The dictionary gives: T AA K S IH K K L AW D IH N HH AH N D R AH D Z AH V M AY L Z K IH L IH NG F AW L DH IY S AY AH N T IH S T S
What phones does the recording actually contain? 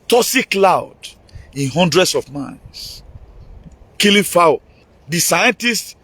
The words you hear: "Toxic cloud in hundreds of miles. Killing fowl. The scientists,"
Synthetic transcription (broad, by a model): T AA S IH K K L AW D IH N HH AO N D R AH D S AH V M AY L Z K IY L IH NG F AW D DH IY S AY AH N T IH S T